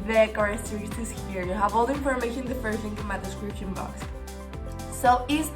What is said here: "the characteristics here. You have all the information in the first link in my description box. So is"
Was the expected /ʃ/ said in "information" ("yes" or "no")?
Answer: no